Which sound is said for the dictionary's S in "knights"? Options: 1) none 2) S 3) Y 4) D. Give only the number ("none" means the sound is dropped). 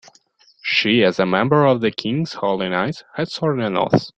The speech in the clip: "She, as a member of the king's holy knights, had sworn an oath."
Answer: 1